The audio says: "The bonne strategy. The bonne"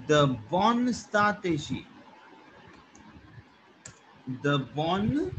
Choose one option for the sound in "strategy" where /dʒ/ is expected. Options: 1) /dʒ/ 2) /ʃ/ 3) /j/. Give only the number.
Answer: 2